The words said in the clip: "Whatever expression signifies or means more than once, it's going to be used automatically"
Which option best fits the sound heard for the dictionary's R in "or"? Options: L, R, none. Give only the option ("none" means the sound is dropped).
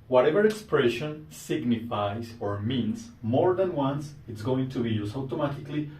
R